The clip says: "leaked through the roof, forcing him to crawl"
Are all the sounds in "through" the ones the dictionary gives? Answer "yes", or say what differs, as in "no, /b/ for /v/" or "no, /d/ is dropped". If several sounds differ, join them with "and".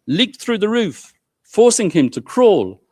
yes